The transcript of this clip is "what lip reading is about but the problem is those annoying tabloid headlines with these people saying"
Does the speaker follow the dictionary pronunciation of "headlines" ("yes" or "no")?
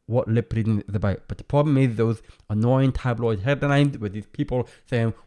no